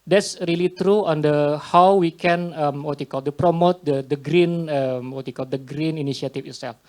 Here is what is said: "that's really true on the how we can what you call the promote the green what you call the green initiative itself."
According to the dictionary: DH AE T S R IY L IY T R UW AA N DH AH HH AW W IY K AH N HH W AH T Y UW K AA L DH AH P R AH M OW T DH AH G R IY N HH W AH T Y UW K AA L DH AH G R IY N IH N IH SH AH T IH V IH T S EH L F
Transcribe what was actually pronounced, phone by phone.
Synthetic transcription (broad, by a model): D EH T S R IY L IY T R UW AA N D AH HH AW W IY K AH N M W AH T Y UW K AA L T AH P R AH M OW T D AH G R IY N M W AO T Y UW K AA L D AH G R IY N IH N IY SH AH T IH F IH T S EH L F